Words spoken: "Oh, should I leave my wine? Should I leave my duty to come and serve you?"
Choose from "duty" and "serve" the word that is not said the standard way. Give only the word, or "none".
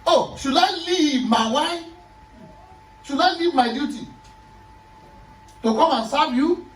serve